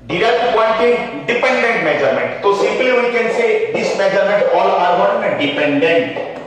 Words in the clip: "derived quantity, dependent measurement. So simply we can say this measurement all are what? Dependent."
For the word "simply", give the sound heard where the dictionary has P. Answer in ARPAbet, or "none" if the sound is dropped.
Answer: P